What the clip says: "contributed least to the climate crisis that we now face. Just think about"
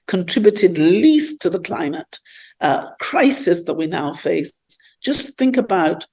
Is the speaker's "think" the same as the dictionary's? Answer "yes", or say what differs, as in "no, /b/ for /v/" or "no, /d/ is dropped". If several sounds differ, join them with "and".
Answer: yes